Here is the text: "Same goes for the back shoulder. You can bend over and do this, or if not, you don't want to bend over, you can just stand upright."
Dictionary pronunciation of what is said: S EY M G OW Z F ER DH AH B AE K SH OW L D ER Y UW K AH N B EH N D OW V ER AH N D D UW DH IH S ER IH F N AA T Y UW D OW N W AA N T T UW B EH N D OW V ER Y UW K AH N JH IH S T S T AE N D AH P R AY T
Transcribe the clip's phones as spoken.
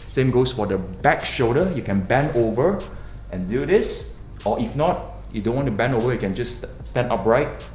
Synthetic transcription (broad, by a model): S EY M G OW S F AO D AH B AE K SH OW D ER Y UW K AH N B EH N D OW V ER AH N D D UW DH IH S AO IH F N AA T Y UW D OW N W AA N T T UW B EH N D OW V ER Y UW K AH N JH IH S S T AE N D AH P R AY T